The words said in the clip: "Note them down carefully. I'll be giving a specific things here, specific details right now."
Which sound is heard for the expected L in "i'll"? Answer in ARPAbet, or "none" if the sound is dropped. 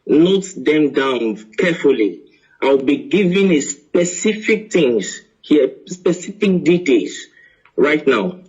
W